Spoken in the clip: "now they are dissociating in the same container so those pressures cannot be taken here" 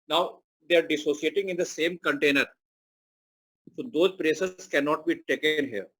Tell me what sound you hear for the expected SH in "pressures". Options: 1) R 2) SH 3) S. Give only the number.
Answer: 3